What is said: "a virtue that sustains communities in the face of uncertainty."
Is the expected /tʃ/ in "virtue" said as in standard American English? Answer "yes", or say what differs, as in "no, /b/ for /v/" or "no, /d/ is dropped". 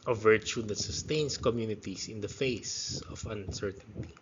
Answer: yes